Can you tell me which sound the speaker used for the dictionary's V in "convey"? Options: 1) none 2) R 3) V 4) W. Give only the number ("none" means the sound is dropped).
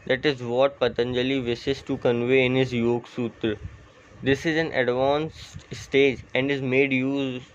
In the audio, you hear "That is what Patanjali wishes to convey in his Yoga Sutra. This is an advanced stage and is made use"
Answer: 3